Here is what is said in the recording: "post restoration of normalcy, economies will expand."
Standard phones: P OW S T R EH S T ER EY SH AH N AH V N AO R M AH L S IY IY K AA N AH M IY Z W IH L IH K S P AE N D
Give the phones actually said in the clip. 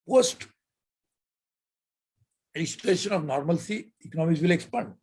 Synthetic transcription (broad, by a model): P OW S T L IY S T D EY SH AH N AH V N AO R M AH L S IY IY K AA N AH M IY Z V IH L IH K S P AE N D